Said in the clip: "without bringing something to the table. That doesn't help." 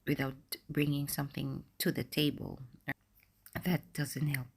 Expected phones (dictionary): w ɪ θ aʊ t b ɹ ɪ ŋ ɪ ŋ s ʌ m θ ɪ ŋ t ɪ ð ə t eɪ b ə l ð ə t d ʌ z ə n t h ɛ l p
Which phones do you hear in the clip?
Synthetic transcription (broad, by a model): w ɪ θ aʊ t b ɹ ɪ ŋ ɪ ŋ s ʌ m θ ɪ ŋ t ɪ ð ə t eɪ b ə l ð ə t d ʌ z ə n t h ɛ l p